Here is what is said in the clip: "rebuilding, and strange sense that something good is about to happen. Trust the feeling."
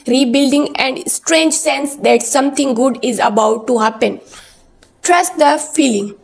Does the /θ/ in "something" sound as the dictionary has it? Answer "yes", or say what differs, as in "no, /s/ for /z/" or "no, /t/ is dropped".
no, /t/ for /θ/